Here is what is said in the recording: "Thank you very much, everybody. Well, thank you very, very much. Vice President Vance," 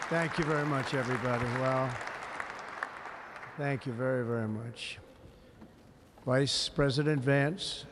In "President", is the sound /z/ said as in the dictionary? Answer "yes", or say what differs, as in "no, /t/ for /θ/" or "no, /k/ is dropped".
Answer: yes